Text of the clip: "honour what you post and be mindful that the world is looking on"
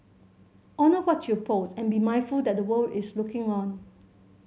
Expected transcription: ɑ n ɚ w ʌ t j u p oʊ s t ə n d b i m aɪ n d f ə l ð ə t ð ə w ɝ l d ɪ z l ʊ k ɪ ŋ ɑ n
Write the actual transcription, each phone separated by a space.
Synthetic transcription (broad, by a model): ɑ n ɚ w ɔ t j u p oʊ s ə n b i m aɪ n f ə l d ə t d ə w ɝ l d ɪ s l ʊ k ɪ ŋ ɑ n